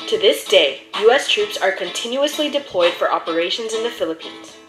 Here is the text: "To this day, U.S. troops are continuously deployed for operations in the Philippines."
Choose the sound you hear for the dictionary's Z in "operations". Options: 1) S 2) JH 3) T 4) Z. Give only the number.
4